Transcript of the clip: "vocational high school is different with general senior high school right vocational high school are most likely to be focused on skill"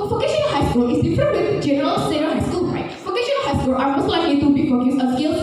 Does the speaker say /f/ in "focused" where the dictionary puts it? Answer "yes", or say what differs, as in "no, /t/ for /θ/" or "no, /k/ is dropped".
no, /p/ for /f/